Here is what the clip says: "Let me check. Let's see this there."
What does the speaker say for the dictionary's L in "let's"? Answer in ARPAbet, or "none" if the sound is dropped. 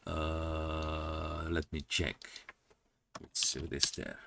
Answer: W